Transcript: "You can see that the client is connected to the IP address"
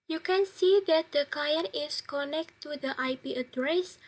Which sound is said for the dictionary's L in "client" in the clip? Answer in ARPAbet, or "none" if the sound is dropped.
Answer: none